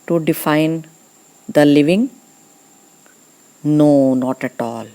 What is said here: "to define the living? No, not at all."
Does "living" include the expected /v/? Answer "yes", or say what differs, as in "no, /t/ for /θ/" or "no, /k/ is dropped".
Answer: yes